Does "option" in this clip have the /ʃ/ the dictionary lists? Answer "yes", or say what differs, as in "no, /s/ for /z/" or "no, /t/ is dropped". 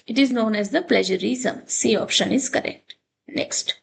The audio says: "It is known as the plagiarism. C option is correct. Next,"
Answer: yes